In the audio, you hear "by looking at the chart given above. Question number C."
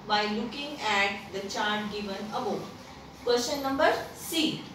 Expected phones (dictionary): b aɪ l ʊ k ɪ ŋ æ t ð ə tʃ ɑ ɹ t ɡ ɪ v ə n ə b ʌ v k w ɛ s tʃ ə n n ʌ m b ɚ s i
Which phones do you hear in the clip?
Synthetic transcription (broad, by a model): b aɪ l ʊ k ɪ ŋ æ t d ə tʃ ɑ ɹ t ɡ ɪ v ə n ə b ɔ k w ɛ ʃ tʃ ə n n ʌ m b ɚ s i